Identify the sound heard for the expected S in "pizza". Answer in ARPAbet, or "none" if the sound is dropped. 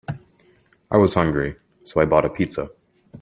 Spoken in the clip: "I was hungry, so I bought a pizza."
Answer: S